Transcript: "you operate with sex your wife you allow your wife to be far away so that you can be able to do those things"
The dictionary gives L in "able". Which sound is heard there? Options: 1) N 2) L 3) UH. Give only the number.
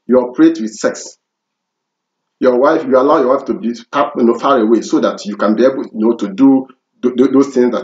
1